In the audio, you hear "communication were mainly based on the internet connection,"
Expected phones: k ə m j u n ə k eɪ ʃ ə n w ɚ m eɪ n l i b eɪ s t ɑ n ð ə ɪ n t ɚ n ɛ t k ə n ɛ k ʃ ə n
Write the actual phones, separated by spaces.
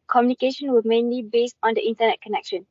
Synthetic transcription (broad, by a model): k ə m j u n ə k eɪ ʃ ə n w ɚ m eɪ n l i b eɪ s t ɑ n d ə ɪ n t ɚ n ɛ t k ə n ɛ k ʃ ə n